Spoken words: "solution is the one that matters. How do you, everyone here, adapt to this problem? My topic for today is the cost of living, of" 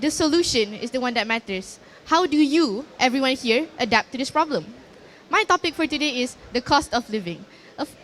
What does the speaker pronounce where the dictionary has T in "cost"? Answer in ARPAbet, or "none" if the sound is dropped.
T